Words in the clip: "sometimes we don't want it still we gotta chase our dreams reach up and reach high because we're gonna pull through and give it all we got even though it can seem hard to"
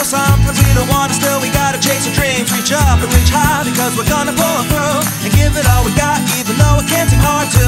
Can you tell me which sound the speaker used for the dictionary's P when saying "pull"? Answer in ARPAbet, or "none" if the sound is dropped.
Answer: B